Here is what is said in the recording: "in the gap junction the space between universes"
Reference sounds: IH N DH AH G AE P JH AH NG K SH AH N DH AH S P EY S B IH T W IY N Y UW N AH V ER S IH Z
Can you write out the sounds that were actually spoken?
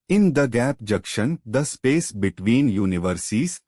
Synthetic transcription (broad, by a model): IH N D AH G AE P JH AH K SH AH N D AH S P EY S B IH T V IY N Y UW N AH V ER S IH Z